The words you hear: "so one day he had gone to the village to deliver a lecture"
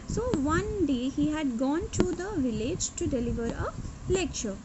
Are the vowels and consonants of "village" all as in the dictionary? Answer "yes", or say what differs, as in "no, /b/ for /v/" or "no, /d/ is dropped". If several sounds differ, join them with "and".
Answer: yes